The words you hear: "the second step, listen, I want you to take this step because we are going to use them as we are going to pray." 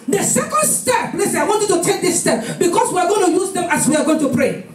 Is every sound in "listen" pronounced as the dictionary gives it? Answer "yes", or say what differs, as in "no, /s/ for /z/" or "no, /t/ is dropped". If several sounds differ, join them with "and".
no, /n/ is dropped